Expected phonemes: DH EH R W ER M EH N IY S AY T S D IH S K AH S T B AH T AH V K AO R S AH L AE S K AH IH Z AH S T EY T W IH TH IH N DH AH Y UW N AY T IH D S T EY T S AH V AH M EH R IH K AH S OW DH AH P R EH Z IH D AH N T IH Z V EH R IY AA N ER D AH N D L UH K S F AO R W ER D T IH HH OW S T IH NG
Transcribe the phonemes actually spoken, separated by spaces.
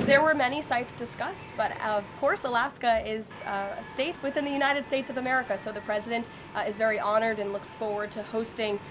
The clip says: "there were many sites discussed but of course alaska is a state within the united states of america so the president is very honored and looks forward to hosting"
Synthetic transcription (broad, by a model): DH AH R W ER M EH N IY S AY T S D IH S K AH S T B AH T AH V K AO R S AH L AE S K AH IH Z AH S T EY T W IH TH IH N DH AH Y UW N AY T IH D S T EY T S AH V AH M EH R IH K AH S OW DH AH P R EH Z IH D AH N T IH Z V EH R IY AA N ER D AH N L UH K S F AO R W ER D T IH HH OW S T IH NG